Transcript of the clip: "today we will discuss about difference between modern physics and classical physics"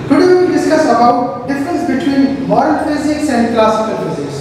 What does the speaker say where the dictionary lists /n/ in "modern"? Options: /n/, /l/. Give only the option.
/l/